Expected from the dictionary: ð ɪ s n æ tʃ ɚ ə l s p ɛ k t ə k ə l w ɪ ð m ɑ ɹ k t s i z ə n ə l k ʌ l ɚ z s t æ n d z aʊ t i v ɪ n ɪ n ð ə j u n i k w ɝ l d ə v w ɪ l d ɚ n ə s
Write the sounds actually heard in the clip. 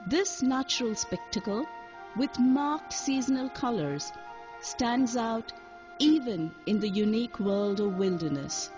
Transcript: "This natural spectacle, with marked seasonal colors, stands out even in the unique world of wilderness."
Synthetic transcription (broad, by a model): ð ɪ s n æ tʃ ɚ ə l s p ɛ k t ə k ə l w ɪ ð m ɑ ɹ k t s i z ə n ə l k ʌ l ɚ z s t æ n d z aʊ t i v ɪ n ɪ n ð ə j u n i k w ɝ l d ə v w ɪ l d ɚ n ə s